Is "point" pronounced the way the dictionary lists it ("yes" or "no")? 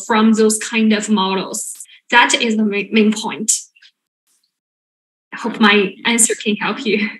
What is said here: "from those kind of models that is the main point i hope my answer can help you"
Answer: yes